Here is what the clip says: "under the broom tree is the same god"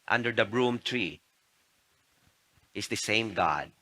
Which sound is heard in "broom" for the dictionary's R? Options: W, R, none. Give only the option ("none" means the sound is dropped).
R